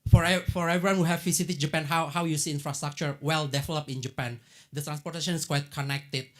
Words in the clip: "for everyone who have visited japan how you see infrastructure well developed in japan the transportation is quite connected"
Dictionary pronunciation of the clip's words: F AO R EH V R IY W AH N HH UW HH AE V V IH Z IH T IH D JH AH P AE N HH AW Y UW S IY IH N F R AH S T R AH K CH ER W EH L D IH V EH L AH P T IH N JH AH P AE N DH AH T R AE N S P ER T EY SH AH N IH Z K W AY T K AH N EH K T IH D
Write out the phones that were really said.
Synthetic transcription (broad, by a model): F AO R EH V R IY W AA N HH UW HH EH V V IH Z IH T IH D JH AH P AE N HH AW Y UW S IY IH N F R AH S T R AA K CH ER W EH L D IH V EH L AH P IH N JH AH P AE N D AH T R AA N S P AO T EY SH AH N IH S K W AY T K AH N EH K T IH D